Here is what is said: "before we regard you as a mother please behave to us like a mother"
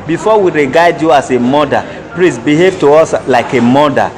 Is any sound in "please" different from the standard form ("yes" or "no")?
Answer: yes